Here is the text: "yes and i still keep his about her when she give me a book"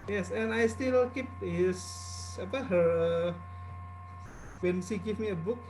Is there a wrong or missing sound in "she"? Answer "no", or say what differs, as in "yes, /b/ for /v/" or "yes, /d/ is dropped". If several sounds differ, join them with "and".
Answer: yes, /s/ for /ʃ/